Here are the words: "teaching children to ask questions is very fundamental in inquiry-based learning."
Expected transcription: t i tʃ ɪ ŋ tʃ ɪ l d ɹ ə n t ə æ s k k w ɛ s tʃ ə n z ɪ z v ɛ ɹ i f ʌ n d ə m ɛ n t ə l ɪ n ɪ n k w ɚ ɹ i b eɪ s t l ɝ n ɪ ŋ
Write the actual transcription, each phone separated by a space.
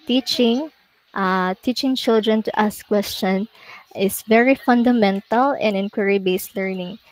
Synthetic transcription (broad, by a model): t i tʃ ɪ ŋ tʃ ɪ l d ɹ ə n t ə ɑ s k k w ɛ s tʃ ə n ɪ s v ɛ ɹ i f ʌ n d ə m ɛ n t ə l ɪ n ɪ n k w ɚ ɹ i b eɪ s t l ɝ n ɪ ŋ